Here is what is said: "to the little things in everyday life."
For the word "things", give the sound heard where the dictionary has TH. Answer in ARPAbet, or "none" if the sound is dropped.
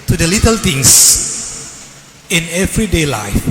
T